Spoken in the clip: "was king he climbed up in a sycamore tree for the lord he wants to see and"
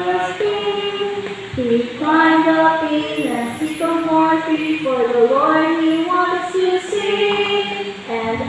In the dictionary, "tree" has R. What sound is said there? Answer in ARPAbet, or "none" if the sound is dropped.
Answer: none